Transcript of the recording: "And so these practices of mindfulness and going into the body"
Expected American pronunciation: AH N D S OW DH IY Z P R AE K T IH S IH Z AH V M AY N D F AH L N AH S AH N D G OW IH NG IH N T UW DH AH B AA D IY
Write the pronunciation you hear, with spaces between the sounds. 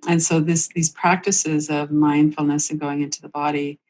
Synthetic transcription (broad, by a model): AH N S OW DH IY Z P R AE K T IH S IH Z AH V M AY N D F L N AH S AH N G OW IH NG IH N T UW DH AH B AA D IY